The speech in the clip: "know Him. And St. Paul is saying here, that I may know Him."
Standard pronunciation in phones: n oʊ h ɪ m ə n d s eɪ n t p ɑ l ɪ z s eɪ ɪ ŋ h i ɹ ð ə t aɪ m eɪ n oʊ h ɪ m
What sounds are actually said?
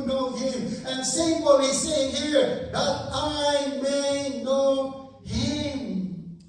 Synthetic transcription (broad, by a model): n oʊ h ɪ m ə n s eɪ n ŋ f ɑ w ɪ s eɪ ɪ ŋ h i ɹ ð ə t aɪ m eɪ n oʊ h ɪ m